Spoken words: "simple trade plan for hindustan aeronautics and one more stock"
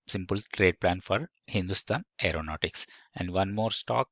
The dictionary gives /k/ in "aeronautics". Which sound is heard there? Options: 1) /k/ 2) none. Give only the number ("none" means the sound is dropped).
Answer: 1